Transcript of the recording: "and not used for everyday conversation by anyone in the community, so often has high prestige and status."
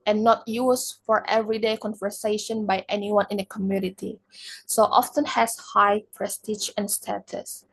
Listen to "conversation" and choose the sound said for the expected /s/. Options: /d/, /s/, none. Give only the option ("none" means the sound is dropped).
/s/